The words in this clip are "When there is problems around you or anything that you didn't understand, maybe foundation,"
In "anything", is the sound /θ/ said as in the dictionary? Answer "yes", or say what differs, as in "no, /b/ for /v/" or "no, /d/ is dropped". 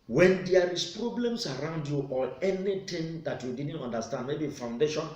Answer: no, /t/ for /θ/